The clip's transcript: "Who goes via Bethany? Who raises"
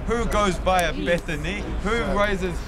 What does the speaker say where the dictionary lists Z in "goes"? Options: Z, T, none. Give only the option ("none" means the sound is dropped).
Z